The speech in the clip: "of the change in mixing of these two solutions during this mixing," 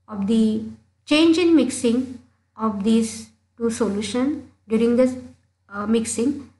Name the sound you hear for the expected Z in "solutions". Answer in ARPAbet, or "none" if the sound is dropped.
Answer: none